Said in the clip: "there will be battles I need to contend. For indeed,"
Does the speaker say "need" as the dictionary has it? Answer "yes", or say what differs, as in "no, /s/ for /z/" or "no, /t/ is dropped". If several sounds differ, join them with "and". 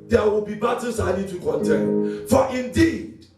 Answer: no, /l/ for /n/